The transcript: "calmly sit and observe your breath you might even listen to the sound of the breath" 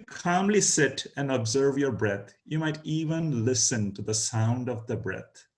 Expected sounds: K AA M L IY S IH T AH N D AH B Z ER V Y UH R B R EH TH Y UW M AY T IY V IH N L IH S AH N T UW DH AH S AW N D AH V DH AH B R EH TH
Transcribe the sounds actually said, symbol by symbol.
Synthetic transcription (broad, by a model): K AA M L IY S IH T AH N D AH B Z ER V Y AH R B R EH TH Y UW M AY T IY V IH N L IH S AH N T UW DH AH S AW N D AH V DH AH B R EH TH